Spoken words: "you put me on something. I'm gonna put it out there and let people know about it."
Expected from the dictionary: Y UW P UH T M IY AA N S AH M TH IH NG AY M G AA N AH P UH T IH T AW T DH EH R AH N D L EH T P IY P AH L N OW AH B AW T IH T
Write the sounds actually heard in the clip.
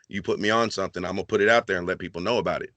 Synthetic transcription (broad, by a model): Y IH P UH T M IY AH N S AH M TH IH NG AY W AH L P UH T IH T AW T DH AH R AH N L EH T P IY P L N OW AH B AW T IH T